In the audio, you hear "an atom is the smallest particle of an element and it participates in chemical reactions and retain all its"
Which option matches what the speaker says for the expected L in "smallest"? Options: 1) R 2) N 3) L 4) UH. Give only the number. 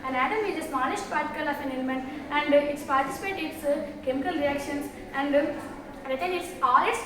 2